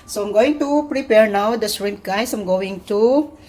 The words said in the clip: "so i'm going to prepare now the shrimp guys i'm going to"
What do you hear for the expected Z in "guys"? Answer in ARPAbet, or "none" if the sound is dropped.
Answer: S